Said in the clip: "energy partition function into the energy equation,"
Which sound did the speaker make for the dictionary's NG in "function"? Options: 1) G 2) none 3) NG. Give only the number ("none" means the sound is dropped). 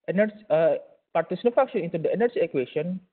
2